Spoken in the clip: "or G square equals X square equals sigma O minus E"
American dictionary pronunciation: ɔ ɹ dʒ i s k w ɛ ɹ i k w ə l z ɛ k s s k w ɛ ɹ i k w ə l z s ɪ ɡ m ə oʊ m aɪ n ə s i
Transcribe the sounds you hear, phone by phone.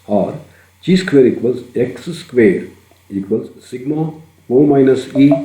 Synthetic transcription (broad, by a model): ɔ ɹ tʃ i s k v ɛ ɹ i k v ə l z ɛ k s s k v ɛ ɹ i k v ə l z s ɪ ɡ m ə oʊ m aɪ n ə s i